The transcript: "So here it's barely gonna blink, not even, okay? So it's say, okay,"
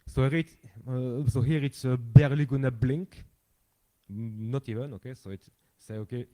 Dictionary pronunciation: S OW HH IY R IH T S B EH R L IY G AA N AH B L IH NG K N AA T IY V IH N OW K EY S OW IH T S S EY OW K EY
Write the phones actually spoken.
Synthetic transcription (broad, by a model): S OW HH IY R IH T B EH R L IY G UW N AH B L IH NG K N AA T IY V IH N OW K EY S OW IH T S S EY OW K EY